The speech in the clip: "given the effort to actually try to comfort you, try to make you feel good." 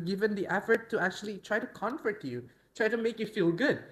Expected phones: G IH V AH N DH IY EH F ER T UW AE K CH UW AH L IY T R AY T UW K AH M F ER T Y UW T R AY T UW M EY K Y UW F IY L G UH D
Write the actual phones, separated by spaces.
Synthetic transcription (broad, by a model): G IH V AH N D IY EH F ER T UW AE K CH UW AH L IY T R AY T UW K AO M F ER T Y UW T R AY T UW M EY K Y UW F IY L G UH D